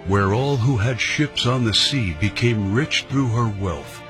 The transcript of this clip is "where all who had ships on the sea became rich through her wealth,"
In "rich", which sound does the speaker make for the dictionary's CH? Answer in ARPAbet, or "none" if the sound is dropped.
CH